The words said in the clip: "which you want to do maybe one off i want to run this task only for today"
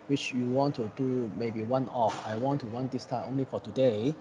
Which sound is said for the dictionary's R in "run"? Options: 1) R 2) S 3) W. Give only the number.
3